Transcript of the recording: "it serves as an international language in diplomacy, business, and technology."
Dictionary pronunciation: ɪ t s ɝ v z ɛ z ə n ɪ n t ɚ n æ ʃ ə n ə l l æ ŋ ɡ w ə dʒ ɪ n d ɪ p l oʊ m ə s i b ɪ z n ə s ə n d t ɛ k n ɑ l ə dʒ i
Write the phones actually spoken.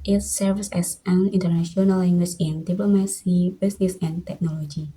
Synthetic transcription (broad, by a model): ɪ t s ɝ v s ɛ s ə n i n t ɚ n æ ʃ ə n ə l l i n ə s ɪ n d ɪ p l oʊ m ə s i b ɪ s n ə s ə n t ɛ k n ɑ l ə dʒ i